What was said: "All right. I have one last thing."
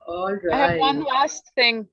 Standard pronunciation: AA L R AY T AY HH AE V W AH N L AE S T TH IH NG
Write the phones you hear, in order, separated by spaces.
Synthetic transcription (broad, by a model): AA L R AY IH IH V W AH N L AE S T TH IH NG